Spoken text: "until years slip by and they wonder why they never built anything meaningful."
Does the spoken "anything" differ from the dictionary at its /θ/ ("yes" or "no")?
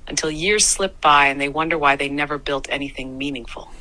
no